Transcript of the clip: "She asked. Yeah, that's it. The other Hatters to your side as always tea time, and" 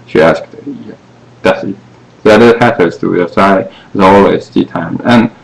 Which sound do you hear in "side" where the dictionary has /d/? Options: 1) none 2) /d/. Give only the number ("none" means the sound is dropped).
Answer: 1